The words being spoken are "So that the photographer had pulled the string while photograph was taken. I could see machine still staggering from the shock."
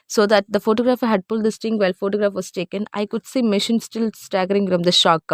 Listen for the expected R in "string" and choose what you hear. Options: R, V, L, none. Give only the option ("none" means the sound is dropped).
none